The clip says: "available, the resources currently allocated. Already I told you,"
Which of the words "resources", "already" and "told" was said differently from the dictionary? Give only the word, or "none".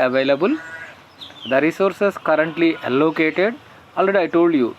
resources